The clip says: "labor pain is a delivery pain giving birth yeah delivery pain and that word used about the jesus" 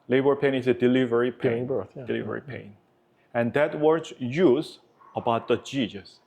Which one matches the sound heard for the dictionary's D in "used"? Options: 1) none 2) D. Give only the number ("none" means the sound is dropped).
1